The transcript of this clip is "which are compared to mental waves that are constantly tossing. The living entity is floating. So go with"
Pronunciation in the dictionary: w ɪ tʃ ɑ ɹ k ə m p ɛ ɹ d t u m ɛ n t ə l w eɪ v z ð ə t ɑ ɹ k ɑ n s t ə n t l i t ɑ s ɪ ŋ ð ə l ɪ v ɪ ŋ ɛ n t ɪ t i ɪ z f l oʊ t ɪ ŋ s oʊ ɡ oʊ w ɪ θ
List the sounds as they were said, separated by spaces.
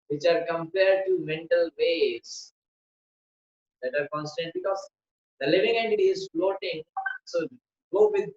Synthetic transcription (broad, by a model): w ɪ tʃ ɑ ɹ k ə m p ɛ ɹ d t u m ɛ n t ə l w eɪ z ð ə t ɑ ɹ k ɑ n s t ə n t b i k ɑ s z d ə l ɪ v ɪ ŋ ɛ n t ɪ t i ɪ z f l oʊ t ɪ ŋ s oʊ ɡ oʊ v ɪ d